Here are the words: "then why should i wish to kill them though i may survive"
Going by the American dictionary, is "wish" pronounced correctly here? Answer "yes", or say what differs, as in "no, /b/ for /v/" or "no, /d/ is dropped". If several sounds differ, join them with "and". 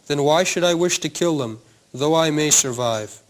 yes